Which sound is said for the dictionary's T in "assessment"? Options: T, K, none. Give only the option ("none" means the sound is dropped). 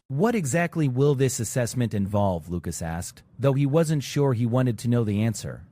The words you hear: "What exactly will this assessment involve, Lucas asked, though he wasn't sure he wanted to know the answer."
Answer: T